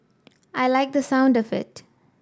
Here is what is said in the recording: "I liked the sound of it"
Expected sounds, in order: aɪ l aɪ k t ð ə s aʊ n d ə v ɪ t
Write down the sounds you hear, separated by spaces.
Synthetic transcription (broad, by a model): aɪ l aɪ k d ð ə s aʊ n d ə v ɪ t